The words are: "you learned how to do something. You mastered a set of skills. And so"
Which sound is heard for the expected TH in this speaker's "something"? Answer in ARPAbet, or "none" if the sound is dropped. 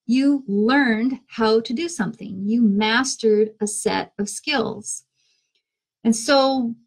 TH